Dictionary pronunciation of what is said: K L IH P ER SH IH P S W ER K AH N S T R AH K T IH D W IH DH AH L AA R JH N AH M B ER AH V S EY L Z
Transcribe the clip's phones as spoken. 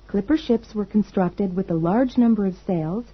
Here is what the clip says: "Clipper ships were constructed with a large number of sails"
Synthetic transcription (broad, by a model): K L IH P ER SH IH P S W ER K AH N S T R AH K T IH D W IH DH AH L AA R JH N AH M B ER AH V S EY L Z